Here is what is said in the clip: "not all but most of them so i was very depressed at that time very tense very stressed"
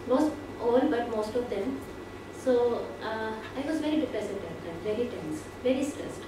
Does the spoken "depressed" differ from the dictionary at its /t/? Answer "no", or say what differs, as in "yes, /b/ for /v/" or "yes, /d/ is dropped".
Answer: yes, /t/ is dropped